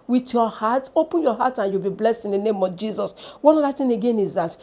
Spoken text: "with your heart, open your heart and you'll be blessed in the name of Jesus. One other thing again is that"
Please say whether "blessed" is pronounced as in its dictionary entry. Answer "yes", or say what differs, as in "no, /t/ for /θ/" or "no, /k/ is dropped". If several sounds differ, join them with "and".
yes